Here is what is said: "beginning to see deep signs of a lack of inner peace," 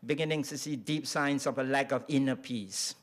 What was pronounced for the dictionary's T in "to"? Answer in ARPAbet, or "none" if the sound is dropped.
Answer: S